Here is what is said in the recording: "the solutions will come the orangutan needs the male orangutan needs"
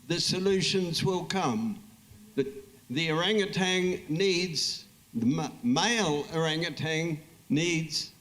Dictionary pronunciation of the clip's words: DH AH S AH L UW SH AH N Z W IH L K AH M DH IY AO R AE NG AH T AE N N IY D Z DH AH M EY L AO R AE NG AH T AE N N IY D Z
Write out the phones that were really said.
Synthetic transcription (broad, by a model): DH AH S AH L UW SH AH N Z W IH L K AH M DH IY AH R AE NG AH T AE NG N IY D Z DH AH M EY L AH R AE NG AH T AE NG N IY D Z